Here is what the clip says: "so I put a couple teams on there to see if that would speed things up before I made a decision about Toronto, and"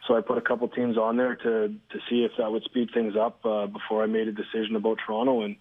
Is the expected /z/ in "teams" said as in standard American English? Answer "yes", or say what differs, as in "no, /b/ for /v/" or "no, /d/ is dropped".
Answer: yes